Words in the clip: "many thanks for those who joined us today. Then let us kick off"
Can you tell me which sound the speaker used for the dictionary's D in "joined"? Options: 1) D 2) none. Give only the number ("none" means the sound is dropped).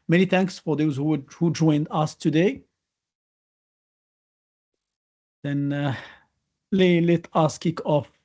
1